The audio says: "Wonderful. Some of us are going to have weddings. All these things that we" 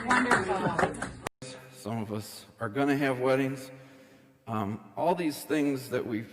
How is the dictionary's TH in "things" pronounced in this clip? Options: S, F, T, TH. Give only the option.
TH